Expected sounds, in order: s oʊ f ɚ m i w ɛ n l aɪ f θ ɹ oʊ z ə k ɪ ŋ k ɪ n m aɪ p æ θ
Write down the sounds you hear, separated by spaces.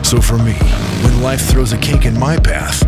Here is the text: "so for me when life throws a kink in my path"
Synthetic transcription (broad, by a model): s oʊ f ɚ m i w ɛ n l aɪ f θ ɹ oʊ z ə k ɪ k ɪ n m aɪ p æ θ